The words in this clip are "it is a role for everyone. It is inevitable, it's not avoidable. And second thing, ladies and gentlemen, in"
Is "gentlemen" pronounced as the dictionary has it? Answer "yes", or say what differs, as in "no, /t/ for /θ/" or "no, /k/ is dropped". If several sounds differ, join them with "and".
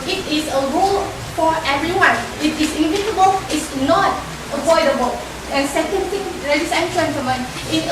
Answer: no, /l/ is dropped